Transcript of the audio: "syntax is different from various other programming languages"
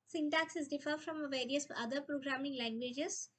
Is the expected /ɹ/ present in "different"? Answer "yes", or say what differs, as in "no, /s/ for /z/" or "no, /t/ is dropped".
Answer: no, /ɹ/ is dropped